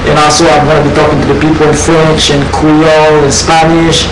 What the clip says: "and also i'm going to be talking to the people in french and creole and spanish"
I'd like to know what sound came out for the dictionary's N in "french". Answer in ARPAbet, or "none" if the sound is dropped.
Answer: N